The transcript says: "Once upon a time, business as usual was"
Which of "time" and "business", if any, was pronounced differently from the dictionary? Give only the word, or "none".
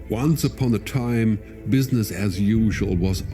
none